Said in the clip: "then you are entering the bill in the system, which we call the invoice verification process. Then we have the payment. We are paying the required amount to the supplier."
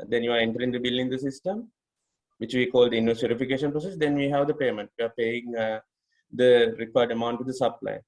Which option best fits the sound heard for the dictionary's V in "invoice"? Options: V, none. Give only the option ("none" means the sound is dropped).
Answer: none